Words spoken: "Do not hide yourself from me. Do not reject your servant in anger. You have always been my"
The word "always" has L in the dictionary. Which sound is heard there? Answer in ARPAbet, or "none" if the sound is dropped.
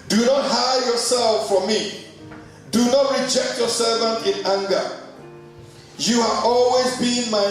L